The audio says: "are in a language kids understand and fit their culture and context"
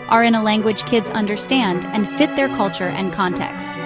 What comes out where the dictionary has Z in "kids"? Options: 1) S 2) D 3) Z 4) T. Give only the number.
3